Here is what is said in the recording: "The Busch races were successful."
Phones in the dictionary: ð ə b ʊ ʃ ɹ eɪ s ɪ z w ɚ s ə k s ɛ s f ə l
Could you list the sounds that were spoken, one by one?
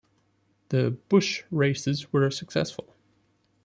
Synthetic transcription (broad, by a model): ð ə b ʊ ʃ ɹ eɪ s ɪ z w ɚ s ə k s ɛ s f ə l